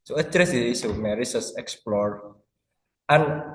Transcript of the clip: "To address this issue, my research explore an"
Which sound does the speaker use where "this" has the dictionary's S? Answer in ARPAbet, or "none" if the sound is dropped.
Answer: none